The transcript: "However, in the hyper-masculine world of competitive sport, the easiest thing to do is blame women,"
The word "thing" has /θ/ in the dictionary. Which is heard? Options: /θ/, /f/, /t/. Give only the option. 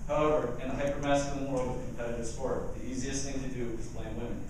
/θ/